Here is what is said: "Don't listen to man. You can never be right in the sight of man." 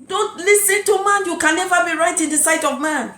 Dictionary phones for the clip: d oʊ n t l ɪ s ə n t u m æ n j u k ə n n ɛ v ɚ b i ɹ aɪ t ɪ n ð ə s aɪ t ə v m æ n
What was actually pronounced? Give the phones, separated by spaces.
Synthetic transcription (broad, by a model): d oʊ n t l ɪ s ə n t u m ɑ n j u k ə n n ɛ v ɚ b i ɹ aɪ t ɪ n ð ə s aɪ t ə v m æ n